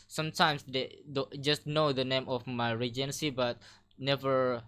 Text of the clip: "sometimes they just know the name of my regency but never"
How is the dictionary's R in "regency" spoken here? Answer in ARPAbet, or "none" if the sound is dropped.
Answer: R